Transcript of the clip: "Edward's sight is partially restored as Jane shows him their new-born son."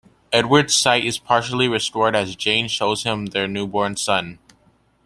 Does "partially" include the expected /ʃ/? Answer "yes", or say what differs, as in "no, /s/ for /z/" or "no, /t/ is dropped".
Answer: yes